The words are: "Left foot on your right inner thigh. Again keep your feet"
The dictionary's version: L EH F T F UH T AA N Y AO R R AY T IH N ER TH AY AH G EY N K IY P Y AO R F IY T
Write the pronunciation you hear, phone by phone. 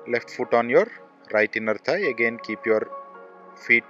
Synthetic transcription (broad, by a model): L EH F T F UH T AA N Y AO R R AY T IH N ER T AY AH G EY N K IY P Y AO R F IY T